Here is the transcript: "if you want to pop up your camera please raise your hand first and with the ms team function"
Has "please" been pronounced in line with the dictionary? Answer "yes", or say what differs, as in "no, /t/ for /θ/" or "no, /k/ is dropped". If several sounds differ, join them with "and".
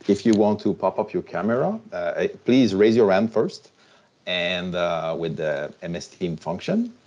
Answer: yes